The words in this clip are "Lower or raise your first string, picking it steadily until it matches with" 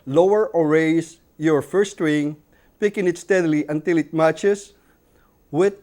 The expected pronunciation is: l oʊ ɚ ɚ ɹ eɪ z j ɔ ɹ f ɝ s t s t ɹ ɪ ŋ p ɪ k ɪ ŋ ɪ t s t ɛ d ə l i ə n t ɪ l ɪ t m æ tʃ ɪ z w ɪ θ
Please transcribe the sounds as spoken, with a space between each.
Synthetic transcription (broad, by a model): l oʊ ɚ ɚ ɹ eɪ s j ɔ ɹ f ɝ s s t ɹ ɪ ŋ p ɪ k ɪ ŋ ɪ t s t ɛ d l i ə n t ɪ l ɪ t m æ tʃ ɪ s w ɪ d